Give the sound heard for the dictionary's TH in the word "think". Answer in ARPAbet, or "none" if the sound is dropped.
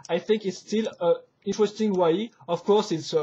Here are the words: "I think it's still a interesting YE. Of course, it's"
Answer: TH